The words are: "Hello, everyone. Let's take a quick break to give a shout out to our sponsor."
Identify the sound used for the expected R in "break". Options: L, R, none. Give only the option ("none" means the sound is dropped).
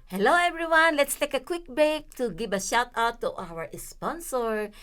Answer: none